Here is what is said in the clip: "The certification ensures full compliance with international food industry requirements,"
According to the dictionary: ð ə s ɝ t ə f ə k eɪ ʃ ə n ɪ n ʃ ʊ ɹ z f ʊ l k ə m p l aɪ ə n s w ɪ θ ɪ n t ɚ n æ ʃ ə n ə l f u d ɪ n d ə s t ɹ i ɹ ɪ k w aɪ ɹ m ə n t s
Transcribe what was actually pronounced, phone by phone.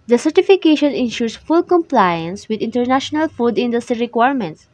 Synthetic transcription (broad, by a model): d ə s ɝ t ə f ə k eɪ ʃ ə n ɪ n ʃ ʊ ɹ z f ʊ l k ə m p l aɪ ə n s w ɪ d ɪ n t ɚ n æ ʃ ə n ə l f u d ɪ n d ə s t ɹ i ɹ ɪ k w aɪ ɹ m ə n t s